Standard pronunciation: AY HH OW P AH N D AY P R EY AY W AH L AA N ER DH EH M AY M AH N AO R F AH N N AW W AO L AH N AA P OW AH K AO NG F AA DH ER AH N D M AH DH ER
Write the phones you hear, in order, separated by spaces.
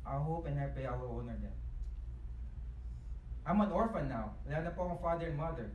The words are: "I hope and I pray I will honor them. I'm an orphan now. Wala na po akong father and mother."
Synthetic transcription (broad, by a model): AY HH OW P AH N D AY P EY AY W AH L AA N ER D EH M AY M AH N AO R F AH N N AW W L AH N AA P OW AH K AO F AA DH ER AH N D M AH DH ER